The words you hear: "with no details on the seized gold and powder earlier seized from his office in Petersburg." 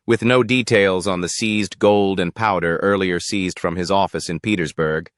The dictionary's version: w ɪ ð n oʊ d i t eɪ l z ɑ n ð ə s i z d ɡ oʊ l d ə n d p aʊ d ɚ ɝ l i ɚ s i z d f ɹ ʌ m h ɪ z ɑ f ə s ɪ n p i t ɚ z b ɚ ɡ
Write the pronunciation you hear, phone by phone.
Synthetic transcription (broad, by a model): w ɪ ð n oʊ d i t eɪ l z n ð ə s i z d ɡ oʊ l d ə n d p aʊ d ɚ ɝ l i ɚ s i z d f ɹ ʌ m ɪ z ɑ f ə s ɪ n p i t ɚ z b ɚ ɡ